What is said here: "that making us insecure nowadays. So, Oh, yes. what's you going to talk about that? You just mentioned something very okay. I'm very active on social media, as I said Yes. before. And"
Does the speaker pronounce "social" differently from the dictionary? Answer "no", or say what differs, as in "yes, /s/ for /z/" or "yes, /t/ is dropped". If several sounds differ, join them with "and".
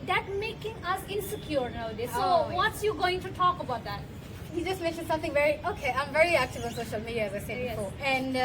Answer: no